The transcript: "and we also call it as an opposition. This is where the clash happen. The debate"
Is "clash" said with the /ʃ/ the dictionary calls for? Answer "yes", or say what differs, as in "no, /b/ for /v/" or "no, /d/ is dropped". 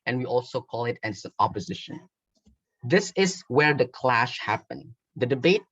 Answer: yes